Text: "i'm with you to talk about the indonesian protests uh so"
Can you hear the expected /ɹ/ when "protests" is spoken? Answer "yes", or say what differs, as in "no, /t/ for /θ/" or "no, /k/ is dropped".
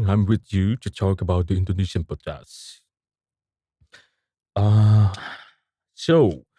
no, /ɹ/ is dropped